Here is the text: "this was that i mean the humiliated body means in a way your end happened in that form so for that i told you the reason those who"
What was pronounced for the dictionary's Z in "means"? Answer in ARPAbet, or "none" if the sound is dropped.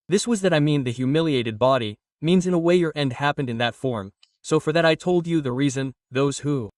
Z